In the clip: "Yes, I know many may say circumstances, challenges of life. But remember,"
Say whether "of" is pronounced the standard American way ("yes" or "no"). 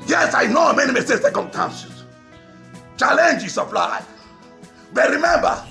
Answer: no